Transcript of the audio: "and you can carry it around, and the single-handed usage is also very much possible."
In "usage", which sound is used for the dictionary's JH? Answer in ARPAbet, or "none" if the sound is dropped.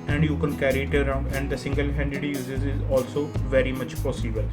Z